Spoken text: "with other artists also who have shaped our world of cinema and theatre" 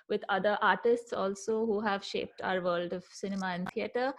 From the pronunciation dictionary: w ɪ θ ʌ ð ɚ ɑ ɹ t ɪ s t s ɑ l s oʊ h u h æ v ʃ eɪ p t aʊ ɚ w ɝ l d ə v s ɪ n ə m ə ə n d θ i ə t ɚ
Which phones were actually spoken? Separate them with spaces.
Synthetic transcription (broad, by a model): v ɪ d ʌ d ɚ ɑ ɹ t ɪ s t s ɑ l s oʊ h u h æ v ʃ eɪ p t aʊ ɚ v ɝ l d ə v s ɪ n ə m ə ə n d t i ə t ɚ